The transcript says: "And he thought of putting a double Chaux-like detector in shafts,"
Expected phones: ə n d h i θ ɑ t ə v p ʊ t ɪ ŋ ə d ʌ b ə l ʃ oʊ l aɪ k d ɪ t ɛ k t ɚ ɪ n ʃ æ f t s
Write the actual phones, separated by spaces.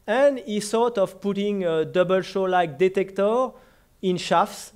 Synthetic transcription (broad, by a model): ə n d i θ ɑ t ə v p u t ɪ ŋ ə d ʌ b ə l ʃ oʊ l aɪ k d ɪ t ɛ k t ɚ ɪ n ʃ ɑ f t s